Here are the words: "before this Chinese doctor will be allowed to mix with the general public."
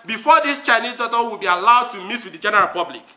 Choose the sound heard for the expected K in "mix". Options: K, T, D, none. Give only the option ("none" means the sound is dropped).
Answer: none